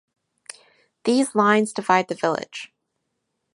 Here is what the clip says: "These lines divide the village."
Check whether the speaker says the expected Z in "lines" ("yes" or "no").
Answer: yes